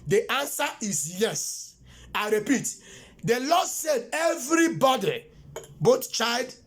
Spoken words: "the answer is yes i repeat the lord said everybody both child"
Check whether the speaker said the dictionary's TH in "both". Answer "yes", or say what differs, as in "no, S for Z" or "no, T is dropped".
no, T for TH